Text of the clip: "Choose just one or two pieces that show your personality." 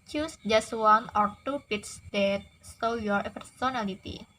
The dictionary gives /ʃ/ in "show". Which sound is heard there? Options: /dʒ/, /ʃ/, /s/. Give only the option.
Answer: /s/